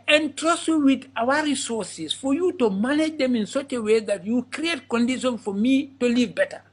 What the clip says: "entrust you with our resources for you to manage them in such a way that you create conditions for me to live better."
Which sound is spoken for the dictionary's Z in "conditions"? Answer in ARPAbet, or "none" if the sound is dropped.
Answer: none